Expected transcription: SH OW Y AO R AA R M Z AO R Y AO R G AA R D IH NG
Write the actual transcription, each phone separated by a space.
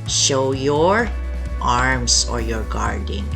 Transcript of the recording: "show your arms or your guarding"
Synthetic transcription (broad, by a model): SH OW Y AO R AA R M S AO R Y AO R G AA R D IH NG